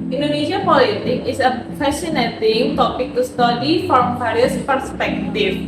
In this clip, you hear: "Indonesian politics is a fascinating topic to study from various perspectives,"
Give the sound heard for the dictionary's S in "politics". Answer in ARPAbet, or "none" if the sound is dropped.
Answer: none